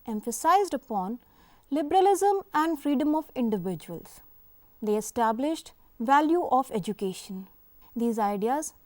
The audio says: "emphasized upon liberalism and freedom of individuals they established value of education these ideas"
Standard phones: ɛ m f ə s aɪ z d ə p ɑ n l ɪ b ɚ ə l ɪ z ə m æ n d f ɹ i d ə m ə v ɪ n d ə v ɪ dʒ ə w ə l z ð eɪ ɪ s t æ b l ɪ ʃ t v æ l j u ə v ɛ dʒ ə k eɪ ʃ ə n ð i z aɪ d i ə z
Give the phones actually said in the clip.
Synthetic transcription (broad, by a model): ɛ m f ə s aɪ z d ə p ɑ n l ɪ b ɚ ə l ɪ z ə m æ n d f ɹ i d ə m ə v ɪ n d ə v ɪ dʒ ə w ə l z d eɪ ɪ s t æ b l ɪ ʃ t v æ l j u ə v ɛ dʒ ə k eɪ ʃ ə n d i z aɪ d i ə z